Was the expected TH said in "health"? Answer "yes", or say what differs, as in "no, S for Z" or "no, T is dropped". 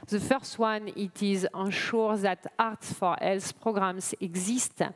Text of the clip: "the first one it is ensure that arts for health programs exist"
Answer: no, S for TH